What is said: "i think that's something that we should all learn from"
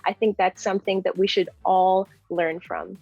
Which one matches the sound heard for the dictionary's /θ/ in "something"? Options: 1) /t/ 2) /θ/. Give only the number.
2